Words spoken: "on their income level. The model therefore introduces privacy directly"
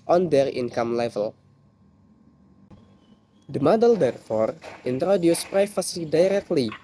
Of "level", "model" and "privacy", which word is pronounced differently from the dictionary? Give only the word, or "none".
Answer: privacy